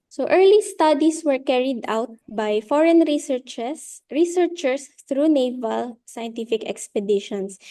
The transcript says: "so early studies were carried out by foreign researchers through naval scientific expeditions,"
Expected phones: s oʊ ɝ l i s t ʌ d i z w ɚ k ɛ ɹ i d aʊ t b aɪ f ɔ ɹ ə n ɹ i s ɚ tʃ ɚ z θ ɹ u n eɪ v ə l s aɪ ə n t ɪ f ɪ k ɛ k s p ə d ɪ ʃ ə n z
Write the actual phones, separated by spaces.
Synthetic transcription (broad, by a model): s oʊ ɝ l i s t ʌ d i s w ɚ k ɛ ɹ i d aʊ t b aɪ f ɔ ɹ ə n ɹ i s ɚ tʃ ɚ s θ ɹ u n eɪ v ə l s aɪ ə n t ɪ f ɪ k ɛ k s p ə d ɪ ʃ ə n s